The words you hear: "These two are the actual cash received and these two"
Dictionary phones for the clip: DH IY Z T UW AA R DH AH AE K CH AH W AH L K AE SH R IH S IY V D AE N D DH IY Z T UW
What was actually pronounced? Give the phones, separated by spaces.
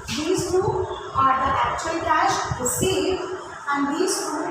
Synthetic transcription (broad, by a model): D IY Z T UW AA R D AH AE K CH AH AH L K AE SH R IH S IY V AE N D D IY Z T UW